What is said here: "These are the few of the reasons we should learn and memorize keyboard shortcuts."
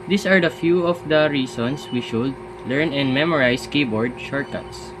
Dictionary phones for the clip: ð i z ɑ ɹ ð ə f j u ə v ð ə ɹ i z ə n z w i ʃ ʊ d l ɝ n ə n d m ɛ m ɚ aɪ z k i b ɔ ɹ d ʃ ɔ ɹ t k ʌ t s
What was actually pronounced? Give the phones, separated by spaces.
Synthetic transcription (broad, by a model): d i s ɑ ɹ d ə f j u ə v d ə ɹ i s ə n s w i ʃ ʊ d l ɝ n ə n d m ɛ m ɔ aɪ s k i b ɔ ɹ d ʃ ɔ ɹ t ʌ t s